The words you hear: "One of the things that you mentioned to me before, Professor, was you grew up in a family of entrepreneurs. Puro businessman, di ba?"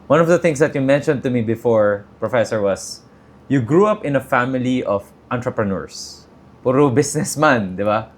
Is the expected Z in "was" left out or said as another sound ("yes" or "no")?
yes